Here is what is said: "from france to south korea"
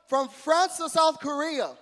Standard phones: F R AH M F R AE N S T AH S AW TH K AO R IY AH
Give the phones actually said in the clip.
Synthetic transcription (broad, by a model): F R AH M F R AE N S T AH S AW TH K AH R IY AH